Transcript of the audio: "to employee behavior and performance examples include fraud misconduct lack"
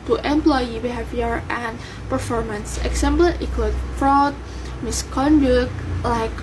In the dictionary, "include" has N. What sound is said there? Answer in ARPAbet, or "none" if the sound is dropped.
none